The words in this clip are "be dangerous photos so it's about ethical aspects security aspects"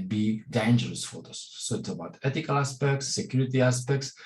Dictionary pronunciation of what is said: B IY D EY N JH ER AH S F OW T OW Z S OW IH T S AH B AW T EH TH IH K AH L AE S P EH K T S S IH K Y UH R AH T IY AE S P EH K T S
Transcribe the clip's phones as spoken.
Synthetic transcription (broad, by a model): B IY D EY N JH ER AH S F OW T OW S S OW IH T S AH B AW T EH T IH K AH L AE S P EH K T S S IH K Y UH R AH T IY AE S P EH K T S